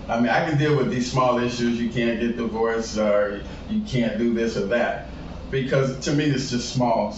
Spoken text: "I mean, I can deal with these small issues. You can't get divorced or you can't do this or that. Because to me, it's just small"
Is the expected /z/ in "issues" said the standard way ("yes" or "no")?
yes